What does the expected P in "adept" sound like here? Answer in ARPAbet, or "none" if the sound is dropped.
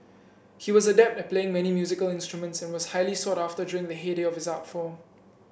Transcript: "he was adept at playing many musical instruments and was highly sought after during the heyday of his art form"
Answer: P